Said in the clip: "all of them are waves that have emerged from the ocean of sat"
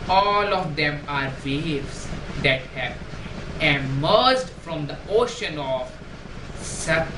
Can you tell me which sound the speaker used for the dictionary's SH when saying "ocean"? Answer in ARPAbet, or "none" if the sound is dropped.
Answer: SH